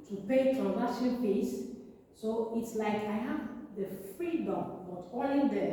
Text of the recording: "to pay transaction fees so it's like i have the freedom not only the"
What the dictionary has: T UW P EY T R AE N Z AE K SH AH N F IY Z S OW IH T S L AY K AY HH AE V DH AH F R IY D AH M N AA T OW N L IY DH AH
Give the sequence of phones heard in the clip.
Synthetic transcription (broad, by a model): T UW P EY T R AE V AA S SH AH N P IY S OW IH T S L AY K AY HH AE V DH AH F R IY D AH M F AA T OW L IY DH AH